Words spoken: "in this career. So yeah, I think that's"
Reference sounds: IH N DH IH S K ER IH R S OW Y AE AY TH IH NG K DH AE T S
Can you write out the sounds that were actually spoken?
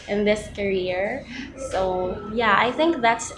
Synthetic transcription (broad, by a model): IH N DH IH S K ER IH R S OW Y AE AY TH IH NG K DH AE T S